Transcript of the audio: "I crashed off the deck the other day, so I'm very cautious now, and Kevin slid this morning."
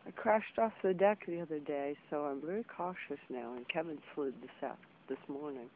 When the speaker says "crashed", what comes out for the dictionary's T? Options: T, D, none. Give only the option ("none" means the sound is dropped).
T